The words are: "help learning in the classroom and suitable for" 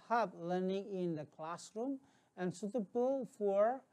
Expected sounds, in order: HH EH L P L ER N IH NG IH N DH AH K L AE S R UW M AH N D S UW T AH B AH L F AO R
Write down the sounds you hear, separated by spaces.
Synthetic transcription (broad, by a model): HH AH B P L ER N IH NG IH N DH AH K L AE S R UW M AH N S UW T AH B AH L F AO R